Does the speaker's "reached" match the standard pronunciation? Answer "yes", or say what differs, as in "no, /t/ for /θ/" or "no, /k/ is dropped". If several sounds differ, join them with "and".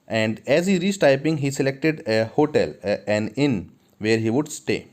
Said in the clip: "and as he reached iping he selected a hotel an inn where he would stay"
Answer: no, /s/ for /tʃ/